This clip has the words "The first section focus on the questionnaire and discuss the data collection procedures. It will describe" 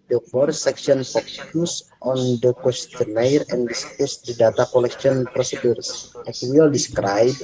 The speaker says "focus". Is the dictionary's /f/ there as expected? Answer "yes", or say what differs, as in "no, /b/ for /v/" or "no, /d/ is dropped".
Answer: no, /p/ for /f/